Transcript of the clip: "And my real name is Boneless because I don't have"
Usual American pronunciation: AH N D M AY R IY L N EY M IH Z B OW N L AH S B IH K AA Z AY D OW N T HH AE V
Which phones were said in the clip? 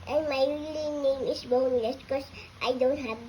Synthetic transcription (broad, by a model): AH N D M AY L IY N N EY M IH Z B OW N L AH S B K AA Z AY D OW N T HH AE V